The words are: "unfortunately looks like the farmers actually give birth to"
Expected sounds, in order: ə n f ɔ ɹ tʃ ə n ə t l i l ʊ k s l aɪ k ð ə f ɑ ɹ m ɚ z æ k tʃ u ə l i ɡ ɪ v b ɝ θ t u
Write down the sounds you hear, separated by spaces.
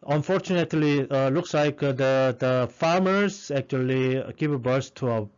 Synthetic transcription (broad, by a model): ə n f ɔ ɹ tʃ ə n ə t l i l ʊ k s l aɪ k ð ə f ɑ ɹ m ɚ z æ k tʃ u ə l i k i p b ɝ s t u